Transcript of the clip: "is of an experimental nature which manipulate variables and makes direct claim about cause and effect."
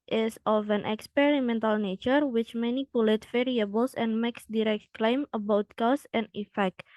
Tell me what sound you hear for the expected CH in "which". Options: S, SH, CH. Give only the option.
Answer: CH